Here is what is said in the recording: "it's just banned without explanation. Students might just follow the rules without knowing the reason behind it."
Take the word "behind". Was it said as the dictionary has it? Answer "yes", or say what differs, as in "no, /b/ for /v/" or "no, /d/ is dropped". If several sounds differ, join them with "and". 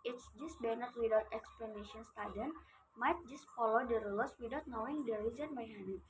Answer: no, /d/ is dropped